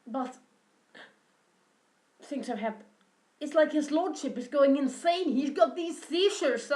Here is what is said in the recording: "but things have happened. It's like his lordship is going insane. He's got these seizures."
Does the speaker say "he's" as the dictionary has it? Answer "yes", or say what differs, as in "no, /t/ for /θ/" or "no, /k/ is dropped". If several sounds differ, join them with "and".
yes